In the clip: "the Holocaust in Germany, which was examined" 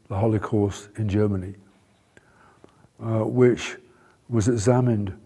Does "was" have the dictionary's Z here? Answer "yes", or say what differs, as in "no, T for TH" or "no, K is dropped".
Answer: yes